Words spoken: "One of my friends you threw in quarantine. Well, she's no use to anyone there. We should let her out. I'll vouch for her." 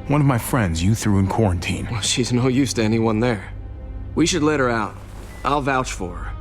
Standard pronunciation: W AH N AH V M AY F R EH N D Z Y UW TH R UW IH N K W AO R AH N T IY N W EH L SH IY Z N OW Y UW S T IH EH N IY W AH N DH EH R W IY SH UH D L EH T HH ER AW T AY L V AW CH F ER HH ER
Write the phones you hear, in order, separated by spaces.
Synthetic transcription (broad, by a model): W AH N AH V M AY F R EH N D Z Y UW TH R UW IH N K W AO R AH N T IY N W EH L SH IY Z N OW Y UW S T IH EH N IY W AH N DH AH R W IY SH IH D L EH T HH ER AW T AY L V AW CH F ER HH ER